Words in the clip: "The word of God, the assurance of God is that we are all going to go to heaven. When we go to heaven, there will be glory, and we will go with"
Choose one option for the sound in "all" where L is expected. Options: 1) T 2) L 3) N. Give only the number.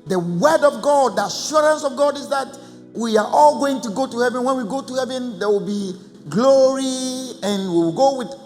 2